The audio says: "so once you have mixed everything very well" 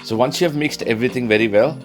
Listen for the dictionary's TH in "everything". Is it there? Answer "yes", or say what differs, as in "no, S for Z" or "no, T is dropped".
no, T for TH